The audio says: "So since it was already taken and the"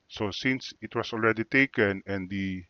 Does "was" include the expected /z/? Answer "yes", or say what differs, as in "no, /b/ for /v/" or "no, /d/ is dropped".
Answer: no, /s/ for /z/